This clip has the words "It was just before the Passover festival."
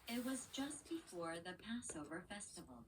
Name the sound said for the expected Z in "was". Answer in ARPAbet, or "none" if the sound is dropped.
Z